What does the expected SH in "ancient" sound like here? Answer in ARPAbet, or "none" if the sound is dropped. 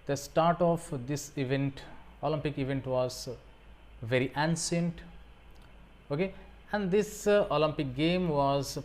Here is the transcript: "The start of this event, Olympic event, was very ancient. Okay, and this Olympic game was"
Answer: S